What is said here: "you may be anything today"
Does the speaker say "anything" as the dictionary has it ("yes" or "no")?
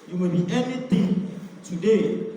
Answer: no